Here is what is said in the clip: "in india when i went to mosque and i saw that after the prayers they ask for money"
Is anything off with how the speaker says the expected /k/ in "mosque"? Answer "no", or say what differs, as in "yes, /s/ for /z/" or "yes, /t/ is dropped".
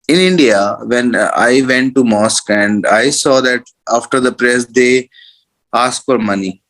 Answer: no